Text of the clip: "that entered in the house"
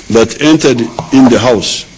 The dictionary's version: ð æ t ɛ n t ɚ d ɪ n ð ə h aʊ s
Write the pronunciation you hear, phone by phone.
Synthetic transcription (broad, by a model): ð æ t ɛ n t ɚ d ɪ n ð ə h aʊ s